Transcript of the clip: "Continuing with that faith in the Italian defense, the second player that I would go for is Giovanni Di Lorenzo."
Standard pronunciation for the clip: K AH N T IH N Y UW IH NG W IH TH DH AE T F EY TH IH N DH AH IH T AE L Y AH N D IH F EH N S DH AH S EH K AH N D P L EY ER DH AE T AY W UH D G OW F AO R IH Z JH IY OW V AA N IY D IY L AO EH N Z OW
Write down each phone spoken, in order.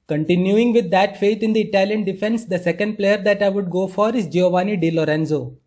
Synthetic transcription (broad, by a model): K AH N T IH N Y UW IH NG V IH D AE T F EY T IH N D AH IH T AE L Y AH N D IH F EH N S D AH S EH K AH N D P L EY ER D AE T AY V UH D G OW F AO R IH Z JH IY OW V AA N IY D IY L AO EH N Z OW